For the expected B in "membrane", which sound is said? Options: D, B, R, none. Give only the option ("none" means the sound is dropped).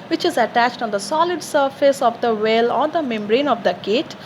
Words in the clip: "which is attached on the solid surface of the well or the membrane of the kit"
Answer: B